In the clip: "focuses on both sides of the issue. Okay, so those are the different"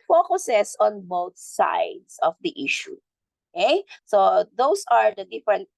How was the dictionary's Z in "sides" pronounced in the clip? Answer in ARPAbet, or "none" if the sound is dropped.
S